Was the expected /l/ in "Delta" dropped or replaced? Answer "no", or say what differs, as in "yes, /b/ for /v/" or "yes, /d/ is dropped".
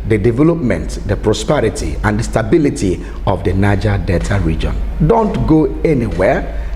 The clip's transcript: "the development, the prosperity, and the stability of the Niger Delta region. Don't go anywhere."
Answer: yes, /l/ is dropped